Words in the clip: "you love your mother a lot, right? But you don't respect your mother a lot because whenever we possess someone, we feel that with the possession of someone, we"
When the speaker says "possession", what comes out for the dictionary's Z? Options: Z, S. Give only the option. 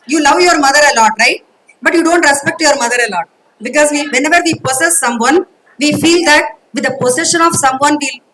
S